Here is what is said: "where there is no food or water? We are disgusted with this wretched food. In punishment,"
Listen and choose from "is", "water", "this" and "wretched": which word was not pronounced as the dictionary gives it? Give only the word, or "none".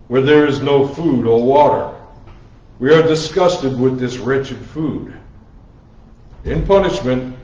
none